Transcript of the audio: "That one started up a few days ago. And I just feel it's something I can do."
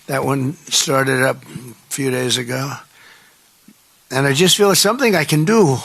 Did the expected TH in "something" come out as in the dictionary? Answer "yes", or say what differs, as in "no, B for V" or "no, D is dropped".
yes